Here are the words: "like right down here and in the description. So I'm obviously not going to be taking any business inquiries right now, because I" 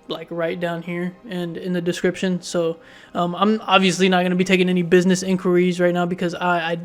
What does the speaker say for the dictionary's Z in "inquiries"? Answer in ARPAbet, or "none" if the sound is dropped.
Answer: Z